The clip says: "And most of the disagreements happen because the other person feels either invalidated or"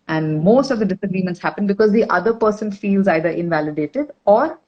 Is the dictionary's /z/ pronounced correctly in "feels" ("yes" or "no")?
yes